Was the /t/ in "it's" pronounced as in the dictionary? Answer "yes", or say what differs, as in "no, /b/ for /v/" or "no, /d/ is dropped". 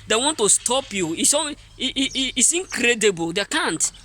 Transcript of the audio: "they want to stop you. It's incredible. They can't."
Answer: no, /s/ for /t/